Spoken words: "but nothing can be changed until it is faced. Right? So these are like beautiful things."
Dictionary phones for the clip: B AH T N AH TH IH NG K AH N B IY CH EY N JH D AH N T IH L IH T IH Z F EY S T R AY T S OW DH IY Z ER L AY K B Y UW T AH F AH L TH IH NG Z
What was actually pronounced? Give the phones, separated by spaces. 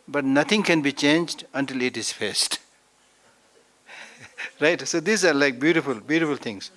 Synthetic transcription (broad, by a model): B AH T N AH T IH NG K AH N B IY CH EY N JH D AH N T IH L IH T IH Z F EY S T R AY T S OW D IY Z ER L AY K B Y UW T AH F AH L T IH NG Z